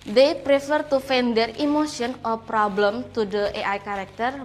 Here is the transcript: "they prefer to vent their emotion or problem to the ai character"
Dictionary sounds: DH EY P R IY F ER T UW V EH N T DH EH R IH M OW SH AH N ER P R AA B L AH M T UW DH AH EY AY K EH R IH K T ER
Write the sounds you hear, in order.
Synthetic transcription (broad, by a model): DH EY P R IY F ER T UW F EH N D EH R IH M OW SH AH N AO P R AA B L AH M T UW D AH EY AY K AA R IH K T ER